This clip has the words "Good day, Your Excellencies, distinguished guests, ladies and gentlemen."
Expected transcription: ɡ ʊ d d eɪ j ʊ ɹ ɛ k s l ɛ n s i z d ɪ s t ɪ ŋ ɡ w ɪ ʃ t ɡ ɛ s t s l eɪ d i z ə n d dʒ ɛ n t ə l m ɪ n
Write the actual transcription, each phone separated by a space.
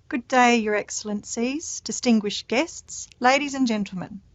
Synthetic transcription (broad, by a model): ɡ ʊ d d eɪ j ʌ ɹ ɛ k s l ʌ n s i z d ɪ s t ɪ ŋ ɡ w ɪ ʃ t ɡ ɛ s t s l eɪ d i z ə n dʒ ɛ n t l m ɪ n